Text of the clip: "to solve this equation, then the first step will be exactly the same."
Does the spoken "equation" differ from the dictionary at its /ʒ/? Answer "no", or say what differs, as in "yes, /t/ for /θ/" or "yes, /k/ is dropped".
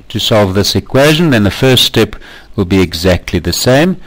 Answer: no